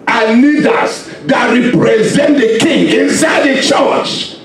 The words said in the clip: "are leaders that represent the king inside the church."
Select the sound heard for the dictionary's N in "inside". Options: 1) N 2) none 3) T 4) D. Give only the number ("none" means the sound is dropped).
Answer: 1